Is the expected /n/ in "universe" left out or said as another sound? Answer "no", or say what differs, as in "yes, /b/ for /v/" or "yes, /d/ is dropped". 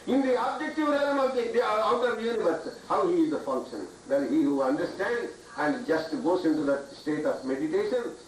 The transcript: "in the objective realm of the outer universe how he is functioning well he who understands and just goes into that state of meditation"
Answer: yes, /n/ is dropped